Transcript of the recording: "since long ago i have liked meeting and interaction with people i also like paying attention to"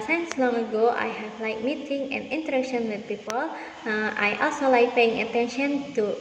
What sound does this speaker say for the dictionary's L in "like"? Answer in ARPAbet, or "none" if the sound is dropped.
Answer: L